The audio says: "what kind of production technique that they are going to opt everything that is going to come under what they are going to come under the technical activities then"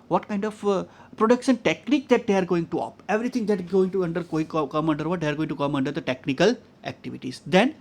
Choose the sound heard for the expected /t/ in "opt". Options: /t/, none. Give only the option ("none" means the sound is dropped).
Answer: none